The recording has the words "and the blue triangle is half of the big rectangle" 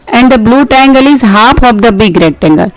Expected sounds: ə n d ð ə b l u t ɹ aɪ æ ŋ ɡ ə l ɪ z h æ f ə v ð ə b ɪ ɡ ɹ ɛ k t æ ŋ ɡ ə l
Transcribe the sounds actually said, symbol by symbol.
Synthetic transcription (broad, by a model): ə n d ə b l u t ɛ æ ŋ ɡ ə l ɪ z h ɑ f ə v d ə b ɪ ɡ ɹ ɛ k t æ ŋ ɡ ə l